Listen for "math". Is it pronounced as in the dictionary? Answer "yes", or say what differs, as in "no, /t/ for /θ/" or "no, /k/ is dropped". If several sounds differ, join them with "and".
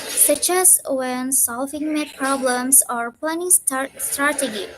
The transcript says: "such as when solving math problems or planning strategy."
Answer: no, /t/ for /θ/